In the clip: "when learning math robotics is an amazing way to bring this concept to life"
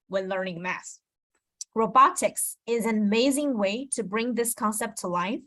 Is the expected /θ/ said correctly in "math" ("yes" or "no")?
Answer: no